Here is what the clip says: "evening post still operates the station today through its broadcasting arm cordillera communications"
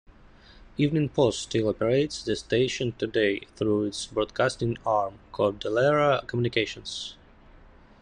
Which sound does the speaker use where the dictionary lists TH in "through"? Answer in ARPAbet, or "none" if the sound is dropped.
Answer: TH